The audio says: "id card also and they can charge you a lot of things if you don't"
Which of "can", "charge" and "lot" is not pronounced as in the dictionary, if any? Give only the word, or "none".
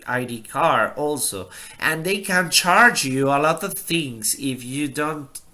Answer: none